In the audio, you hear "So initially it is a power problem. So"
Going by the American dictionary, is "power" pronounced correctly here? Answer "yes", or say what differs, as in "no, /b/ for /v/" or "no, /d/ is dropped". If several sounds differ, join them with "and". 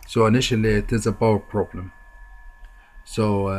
no, /b/ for /p/